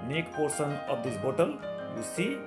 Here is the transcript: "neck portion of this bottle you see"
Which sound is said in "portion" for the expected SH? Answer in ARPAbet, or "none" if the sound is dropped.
S